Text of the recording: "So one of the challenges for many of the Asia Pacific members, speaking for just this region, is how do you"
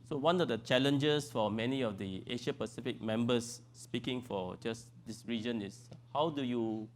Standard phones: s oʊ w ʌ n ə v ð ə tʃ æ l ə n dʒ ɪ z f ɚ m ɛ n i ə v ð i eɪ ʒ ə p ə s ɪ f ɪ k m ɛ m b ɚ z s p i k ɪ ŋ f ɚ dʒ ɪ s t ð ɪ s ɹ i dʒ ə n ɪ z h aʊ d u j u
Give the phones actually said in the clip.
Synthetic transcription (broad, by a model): s oʊ w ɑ n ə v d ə tʃ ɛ l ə n dʒ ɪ s f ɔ m ɛ n i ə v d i eɪ ʃ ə p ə s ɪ f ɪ k m ɛ m b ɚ s p i k ɪ ŋ f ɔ dʒ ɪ s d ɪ s ɹ i dʒ ə n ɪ s h aʊ d u j u